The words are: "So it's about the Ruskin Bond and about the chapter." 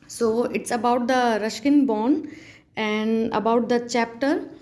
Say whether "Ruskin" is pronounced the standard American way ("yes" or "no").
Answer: no